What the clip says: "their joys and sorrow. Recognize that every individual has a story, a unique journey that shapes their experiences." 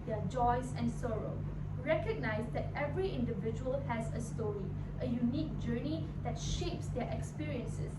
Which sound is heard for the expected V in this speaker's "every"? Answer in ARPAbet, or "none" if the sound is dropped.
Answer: V